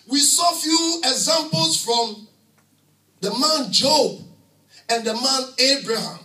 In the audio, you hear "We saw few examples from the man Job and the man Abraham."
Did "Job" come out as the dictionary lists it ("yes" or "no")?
yes